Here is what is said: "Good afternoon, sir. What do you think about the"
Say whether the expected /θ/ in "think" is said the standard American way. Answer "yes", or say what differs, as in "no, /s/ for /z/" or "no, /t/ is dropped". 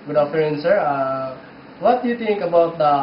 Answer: no, /t/ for /θ/